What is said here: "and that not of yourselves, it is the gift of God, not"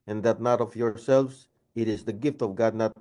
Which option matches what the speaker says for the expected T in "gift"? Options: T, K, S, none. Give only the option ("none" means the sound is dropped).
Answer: T